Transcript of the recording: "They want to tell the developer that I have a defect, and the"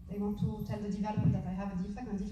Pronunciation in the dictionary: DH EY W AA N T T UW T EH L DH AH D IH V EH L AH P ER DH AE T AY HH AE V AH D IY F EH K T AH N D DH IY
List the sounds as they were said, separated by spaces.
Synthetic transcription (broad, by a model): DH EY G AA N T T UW T EH L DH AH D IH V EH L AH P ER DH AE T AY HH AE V AH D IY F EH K AH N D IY